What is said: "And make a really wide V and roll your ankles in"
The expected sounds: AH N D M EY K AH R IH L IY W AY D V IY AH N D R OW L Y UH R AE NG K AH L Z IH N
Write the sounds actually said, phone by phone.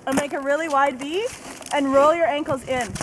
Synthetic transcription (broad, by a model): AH M EY K AH R IH L IY W AY D B IY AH N R OW L Y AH R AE NG K L Z IH N